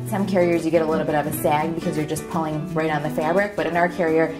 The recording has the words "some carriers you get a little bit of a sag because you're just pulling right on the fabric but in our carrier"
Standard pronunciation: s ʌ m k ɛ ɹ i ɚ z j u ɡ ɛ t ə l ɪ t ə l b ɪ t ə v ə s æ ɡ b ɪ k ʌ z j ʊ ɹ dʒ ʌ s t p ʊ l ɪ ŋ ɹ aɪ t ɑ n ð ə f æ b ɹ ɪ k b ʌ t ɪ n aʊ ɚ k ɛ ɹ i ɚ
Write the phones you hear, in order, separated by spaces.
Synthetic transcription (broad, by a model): s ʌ m k ɛ ɹ i ɚ z j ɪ ɡ ɛ t ə l ɪ t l b ɪ t ə v ə s æ ɡ b ɪ k ʌ z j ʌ ɹ dʒ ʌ s p ʊ l ɪ ŋ ɹ aɪ t n ð ə f æ b ɹ ɪ k b ʌ t ɪ n aʊ ɚ k ɛ ɹ i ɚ